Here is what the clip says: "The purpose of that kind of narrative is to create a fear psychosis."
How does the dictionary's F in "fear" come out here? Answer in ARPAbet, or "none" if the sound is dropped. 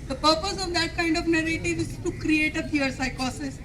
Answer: P